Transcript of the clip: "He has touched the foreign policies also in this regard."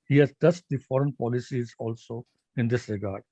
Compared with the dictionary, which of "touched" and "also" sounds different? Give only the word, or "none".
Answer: touched